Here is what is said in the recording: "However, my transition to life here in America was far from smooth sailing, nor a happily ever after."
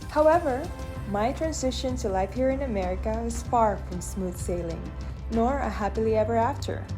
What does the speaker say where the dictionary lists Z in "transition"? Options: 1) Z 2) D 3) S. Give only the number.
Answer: 1